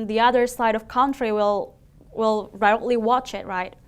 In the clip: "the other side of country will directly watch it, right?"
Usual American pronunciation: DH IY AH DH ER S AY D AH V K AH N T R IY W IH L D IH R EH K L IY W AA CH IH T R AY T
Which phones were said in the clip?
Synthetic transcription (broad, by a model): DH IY AH DH ER S AY D AH V K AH N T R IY W IH L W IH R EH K L IY W AA CH IH T R AY T